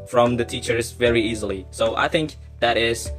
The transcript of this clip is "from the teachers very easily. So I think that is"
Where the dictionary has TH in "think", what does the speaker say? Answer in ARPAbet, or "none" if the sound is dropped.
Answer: TH